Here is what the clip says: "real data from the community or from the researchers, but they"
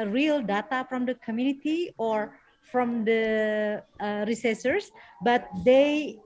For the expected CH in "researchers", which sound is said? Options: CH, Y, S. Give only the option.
S